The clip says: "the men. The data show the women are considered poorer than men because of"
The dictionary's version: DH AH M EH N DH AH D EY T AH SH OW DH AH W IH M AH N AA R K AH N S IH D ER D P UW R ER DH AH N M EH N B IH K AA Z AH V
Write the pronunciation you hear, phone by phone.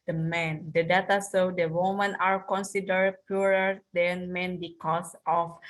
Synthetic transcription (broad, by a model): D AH M EH N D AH D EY T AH S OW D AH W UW M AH N AA R K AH N S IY D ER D P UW R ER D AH N M EH N B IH K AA S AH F